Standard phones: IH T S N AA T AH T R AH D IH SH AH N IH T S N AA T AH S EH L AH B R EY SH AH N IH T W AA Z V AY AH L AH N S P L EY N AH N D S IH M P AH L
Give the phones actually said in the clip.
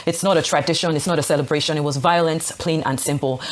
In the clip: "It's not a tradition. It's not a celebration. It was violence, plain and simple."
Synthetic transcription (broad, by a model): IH T S N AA T AH T R AH D IH SH AH N IH T S N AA T AH S EH L AH B R EY SH AH N IH T W AA Z V AY AH L AH N S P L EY N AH N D S IH M P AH L